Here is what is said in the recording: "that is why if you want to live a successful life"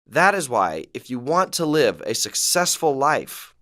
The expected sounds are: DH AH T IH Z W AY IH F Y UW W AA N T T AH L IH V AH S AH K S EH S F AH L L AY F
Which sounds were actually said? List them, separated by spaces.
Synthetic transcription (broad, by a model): DH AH T IH Z W AY IH F Y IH W AA N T T AH L IH V AH S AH K S EH S F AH L L AY F